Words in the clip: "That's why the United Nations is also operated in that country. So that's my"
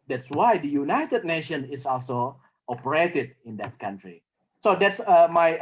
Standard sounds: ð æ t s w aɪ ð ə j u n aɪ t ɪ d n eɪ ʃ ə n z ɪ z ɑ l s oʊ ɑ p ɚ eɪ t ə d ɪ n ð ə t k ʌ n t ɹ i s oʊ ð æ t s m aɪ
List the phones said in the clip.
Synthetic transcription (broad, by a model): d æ t s w aɪ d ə j u n aɪ t ɪ d n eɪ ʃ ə n ɪ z ɑ l s oʊ ɑ p ɚ eɪ t ə d ɪ n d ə t k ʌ n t ɹ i s oʊ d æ t s m aɪ